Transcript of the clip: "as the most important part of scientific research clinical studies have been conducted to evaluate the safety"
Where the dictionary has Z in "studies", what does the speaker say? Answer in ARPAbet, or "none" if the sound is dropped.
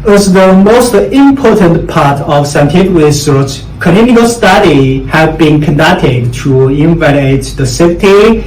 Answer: none